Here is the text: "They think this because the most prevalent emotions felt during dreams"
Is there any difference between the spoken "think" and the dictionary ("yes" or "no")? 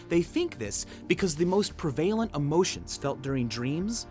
no